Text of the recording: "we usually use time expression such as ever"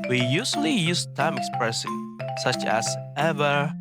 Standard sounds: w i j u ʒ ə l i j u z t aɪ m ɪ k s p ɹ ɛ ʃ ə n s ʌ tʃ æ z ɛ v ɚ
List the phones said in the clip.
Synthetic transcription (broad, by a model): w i j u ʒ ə l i j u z t aɪ m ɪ k s p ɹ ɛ s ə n s ʌ tʃ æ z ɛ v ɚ